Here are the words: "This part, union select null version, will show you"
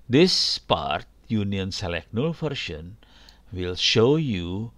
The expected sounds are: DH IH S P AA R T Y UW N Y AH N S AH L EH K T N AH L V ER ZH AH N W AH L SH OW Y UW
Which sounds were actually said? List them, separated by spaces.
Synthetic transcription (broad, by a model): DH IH S P AA R T Y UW N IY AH N S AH L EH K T N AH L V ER SH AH N W AH L SH OW Y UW